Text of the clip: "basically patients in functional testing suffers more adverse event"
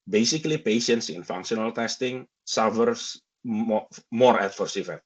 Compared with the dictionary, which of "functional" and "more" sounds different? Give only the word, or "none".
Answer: none